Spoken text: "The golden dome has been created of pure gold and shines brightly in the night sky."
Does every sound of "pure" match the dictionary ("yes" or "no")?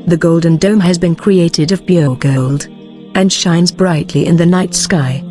no